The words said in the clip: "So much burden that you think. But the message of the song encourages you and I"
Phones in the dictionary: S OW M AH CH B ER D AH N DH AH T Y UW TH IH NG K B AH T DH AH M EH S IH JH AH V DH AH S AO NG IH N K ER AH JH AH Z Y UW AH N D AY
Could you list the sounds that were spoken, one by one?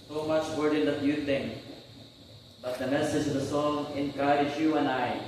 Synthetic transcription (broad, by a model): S OW M AH CH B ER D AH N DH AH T Y UW T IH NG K B AH T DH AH M EH S IH JH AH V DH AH S AO NG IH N K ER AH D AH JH Y UW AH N AY